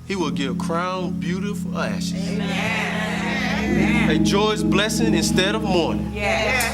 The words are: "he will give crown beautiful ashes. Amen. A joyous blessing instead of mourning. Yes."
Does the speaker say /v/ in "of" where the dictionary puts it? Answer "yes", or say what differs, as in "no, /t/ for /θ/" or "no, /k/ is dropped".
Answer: yes